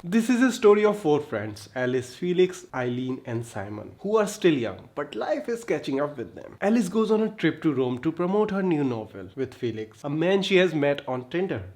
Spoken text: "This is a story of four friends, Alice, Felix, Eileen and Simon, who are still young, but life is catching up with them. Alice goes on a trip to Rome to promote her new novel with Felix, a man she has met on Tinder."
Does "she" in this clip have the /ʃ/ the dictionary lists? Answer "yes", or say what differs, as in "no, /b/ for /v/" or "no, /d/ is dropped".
yes